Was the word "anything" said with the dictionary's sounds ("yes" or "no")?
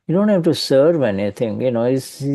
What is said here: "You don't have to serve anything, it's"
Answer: no